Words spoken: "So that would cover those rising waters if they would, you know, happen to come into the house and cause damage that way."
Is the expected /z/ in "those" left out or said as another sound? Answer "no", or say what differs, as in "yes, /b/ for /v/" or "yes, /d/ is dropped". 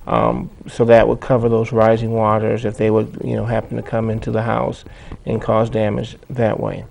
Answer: no